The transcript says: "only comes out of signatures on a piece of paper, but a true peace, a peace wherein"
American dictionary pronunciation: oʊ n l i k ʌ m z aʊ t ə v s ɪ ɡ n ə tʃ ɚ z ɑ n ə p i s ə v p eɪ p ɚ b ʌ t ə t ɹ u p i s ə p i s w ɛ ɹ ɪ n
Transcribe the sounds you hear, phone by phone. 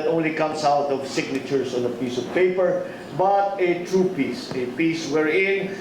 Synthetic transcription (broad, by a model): oʊ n l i k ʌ m s aʊ t ə v s ɪ ɡ n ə tʃ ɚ s ɑ n ə p i s ə v p eɪ p ɚ b ʌ t ə t ɹ u p i s ə p i s w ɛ ɹ ɪ n